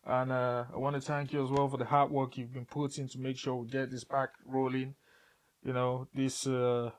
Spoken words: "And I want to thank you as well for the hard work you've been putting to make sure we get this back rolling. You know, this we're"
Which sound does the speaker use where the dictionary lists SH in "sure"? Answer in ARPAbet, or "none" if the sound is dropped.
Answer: SH